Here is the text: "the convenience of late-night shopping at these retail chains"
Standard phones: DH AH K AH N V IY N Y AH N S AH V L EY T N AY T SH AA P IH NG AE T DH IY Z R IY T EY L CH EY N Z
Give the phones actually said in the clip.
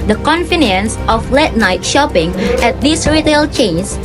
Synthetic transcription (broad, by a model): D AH K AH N F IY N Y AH N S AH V L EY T N AY T SH AA P IH NG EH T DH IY S R IY T EY L CH EY N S